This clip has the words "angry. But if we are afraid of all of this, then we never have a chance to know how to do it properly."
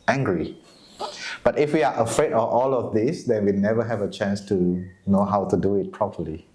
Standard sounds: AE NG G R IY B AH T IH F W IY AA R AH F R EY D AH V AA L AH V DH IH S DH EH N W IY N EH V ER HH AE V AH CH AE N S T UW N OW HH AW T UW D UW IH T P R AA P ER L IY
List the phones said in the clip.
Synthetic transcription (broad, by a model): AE NG G R IY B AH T IH F W IY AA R AH F R EY D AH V AA L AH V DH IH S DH EH N W IY N EH V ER HH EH V AH CH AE N S T UW N OW HH AW T UW D UW IH T P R AA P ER L IY